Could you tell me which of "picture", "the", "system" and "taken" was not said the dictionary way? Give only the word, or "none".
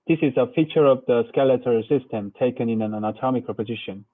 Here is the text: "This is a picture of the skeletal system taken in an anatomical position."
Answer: picture